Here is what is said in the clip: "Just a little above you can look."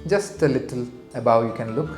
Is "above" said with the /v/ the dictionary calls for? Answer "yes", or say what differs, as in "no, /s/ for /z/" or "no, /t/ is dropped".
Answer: no, /w/ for /v/